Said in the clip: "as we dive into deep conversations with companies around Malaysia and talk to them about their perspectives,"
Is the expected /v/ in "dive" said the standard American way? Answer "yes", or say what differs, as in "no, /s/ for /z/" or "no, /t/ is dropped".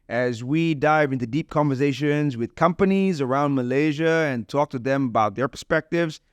yes